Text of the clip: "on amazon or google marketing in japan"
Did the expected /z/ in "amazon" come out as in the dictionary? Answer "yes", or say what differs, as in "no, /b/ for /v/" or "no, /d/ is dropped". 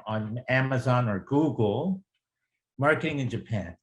yes